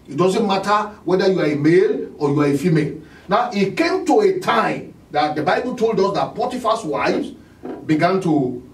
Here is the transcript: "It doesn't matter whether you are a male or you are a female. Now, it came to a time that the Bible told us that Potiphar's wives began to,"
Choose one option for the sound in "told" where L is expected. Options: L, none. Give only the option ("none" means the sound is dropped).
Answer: L